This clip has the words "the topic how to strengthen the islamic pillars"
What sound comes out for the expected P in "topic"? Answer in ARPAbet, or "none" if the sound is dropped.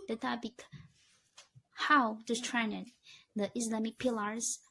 B